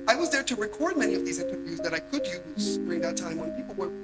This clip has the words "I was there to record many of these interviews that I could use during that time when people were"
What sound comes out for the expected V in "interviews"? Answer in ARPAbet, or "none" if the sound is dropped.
V